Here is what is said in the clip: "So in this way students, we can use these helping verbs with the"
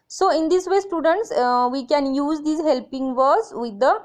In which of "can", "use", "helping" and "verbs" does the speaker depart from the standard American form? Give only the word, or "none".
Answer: verbs